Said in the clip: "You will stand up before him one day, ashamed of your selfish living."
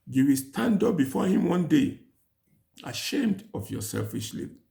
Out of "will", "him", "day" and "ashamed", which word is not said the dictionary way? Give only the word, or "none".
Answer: none